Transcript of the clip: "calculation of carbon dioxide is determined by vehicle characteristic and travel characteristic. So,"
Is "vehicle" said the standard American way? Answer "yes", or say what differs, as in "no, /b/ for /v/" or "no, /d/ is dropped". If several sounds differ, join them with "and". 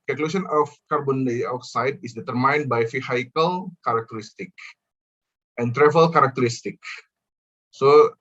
no, /f/ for /v/